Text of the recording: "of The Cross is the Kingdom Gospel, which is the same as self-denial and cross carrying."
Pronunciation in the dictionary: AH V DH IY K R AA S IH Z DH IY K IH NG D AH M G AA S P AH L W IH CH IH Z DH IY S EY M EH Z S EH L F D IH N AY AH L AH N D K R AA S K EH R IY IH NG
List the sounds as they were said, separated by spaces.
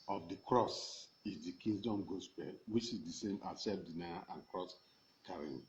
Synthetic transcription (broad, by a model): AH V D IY K R AA S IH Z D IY K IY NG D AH M G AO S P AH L W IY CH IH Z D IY S EY M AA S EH F D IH N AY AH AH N K R AA S K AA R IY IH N